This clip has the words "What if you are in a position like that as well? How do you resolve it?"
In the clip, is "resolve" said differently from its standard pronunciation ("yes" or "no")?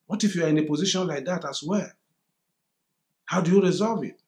no